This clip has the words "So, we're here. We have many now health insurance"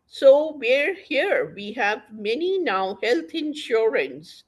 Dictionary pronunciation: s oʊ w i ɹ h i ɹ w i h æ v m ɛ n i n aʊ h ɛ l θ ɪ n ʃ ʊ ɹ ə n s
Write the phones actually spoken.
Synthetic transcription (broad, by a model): s oʊ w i ɹ h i ɹ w i h æ v m ɛ n i n aʊ h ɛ l t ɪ n ʃ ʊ ɹ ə n s